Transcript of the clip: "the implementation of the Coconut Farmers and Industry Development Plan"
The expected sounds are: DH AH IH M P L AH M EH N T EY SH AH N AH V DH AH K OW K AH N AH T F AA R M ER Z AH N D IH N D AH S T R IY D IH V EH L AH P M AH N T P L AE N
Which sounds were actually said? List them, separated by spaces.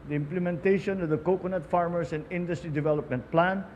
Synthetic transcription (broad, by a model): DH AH IH M P L AH M EH N T EY SH AH N AH V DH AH K OW K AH N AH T F AA R M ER S AH N D IH N D AH S T R IY D IH V EH L AH P M AH N T P L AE N